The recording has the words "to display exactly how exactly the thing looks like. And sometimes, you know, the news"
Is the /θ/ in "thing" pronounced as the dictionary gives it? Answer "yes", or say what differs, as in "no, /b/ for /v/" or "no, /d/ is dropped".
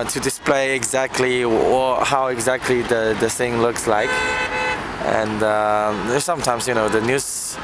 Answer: no, /s/ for /θ/